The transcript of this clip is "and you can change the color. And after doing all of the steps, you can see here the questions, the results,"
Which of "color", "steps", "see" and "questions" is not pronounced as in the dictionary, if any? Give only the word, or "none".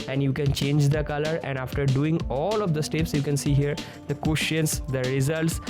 questions